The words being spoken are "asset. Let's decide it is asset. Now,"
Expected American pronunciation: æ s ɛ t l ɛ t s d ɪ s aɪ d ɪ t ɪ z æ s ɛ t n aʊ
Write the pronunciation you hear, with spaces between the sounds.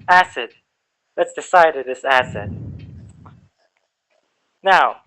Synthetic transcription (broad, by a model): æ s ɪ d l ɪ t s d ɪ s aɪ d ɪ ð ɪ s æ s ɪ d n aʊ